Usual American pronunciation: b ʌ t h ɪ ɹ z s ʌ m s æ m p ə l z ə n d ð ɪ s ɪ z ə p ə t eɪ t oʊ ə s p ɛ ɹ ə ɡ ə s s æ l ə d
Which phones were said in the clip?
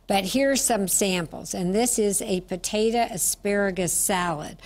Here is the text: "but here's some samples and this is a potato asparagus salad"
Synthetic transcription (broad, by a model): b ʌ t h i ɹ s ʌ m s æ m p l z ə n ð ɪ s ɪ z ə p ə t eɪ t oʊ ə s p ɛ ɹ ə ɡ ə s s æ l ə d